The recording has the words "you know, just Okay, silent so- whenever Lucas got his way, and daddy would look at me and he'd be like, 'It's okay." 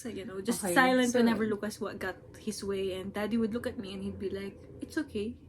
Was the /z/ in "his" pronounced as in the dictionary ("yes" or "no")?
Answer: no